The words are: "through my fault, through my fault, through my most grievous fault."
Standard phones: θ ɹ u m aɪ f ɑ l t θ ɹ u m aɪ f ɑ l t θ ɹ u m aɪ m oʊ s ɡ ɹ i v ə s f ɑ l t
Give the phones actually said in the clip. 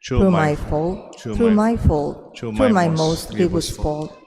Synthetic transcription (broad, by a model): ɹ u m aɪ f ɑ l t ɹ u m aɪ f ɑ l t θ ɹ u m aɪ m oʊ s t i w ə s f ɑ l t